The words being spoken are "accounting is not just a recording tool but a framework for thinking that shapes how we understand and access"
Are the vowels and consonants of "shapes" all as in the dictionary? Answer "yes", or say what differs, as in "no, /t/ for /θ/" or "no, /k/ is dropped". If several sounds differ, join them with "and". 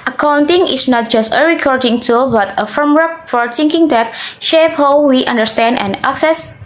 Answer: no, /s/ is dropped